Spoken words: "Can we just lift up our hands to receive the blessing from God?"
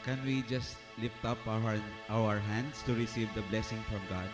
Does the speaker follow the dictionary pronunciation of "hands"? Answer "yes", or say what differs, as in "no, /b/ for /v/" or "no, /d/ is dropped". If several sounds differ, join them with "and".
no, /s/ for /z/